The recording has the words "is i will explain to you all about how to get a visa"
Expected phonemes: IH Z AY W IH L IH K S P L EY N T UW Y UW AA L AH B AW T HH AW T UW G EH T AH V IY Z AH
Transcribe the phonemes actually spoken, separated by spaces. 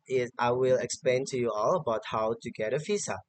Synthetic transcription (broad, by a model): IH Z AY W IH L IH K S P L EY N T UW Y UW AA L AH B AW T HH AW T UW G EH T AH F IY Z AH